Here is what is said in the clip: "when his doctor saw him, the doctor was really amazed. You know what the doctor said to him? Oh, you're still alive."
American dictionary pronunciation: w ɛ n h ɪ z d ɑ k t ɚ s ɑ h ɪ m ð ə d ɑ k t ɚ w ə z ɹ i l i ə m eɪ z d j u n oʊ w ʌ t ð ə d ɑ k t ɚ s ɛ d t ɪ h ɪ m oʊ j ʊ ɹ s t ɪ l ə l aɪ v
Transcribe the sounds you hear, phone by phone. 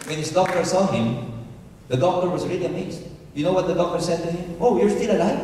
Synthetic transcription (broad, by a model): w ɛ n h ɪ z d ɑ k t ɚ s ɑ h ɪ m ð ə d ɑ k t ɚ w ə z ɹ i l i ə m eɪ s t j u n oʊ w ʌ t ð ə d ɑ k t ɚ s ɛ d t ɪ h ɪ m oʊ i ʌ ɹ s t ɪ l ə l aɪ